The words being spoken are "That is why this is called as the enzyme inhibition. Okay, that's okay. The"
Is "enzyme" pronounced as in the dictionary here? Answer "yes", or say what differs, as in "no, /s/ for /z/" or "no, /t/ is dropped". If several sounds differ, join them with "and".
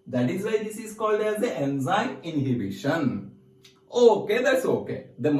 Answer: no, /m/ is dropped